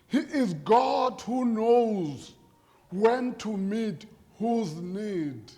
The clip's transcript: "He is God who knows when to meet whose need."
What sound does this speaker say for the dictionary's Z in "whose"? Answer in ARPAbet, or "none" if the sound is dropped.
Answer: Z